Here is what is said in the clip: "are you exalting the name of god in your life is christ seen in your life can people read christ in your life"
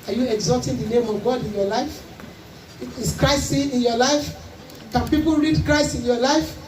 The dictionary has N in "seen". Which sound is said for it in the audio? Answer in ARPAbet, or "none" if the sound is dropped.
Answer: none